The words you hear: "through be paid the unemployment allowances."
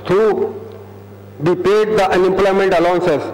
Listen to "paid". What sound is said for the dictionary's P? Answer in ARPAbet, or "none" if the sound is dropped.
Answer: P